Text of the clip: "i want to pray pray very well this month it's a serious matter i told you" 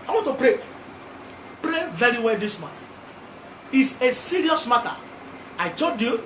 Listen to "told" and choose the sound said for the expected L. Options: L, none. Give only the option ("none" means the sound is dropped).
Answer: none